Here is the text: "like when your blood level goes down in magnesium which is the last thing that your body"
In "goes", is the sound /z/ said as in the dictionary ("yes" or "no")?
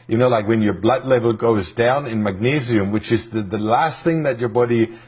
yes